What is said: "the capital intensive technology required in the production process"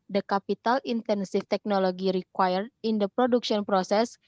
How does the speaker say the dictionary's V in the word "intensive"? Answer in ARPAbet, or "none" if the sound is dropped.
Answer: F